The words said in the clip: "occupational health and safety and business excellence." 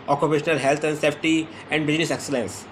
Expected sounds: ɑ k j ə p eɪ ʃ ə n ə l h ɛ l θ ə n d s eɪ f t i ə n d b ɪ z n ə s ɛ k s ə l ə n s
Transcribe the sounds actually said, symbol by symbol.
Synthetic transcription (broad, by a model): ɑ k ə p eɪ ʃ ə n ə l h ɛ l t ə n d s eɪ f t i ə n d b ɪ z n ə s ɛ k s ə l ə n s